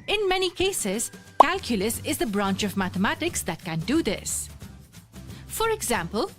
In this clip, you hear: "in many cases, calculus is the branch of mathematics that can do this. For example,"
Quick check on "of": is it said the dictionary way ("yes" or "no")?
yes